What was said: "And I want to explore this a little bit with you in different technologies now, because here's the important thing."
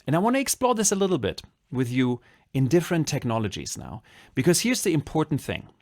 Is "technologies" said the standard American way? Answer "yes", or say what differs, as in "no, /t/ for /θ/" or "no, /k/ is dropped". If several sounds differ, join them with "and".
yes